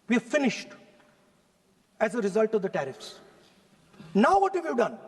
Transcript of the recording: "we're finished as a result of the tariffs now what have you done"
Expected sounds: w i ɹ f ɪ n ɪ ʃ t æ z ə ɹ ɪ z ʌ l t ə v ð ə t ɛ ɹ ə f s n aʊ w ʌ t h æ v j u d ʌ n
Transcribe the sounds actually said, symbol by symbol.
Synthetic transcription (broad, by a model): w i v f ɪ n ɪ ʃ t æ z ə ɹ ɪ z ʌ l t ə v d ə t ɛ ɹ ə f s n aʊ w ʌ t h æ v j u d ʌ n